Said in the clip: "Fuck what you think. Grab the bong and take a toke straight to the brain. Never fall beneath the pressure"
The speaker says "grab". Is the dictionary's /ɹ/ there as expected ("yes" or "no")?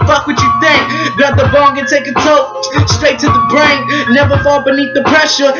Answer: no